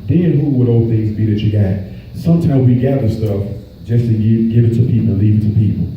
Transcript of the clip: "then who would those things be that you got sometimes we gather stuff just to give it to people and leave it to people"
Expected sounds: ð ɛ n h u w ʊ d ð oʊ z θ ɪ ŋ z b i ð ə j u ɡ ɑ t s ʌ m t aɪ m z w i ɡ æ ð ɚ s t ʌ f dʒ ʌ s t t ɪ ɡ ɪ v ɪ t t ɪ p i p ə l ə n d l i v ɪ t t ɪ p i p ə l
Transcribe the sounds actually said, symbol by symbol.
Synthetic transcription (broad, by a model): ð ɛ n h u w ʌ d oʊ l θ ɪ ŋ z b i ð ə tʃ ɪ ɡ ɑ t s ʌ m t aɪ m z w i ɡ æ ð ɚ s t ʌ f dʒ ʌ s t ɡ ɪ ɡ ɪ v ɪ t t ɪ p i p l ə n l i v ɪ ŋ t ɪ p i p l